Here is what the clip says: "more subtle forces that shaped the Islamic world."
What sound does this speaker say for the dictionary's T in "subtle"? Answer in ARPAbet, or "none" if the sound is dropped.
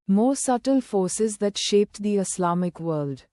T